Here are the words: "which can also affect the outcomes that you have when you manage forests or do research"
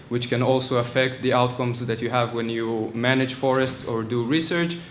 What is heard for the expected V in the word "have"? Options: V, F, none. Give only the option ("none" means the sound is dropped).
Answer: V